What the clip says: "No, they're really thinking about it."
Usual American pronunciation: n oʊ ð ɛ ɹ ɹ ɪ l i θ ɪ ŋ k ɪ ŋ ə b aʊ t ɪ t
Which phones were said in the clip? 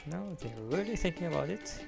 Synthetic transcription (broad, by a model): n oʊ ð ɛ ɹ ɹ ɪ l i θ ɪ ŋ k ɪ ŋ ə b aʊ t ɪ t